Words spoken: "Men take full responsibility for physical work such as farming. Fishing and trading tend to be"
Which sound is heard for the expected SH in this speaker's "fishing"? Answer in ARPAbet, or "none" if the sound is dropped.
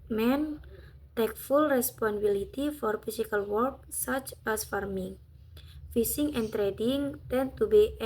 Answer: S